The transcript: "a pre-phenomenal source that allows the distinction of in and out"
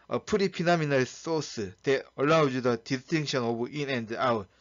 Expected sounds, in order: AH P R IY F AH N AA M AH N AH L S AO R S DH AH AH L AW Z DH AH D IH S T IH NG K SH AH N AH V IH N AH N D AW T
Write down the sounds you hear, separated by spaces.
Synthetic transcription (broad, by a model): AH P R IY P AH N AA M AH N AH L S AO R S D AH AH L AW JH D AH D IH S T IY NG K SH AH N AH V IH N AH N D AW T